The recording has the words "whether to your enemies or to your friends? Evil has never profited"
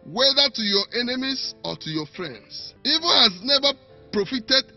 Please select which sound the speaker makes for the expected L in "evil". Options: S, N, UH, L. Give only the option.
N